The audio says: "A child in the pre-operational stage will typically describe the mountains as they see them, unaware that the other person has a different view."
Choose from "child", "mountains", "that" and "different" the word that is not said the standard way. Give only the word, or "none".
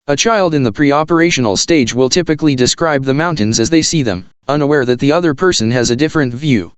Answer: none